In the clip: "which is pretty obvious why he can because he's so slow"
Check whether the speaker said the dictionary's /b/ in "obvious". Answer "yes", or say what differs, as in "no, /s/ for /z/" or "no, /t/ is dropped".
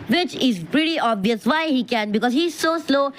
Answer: yes